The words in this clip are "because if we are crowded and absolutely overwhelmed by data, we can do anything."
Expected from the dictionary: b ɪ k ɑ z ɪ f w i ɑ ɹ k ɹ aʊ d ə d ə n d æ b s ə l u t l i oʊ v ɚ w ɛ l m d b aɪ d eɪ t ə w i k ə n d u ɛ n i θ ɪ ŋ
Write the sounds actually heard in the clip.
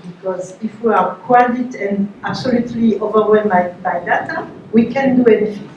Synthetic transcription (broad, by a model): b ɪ k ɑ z ɪ f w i ɑ ɹ k w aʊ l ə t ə n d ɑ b s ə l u t l i oʊ v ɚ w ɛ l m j b aɪ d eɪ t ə w i k ə n d u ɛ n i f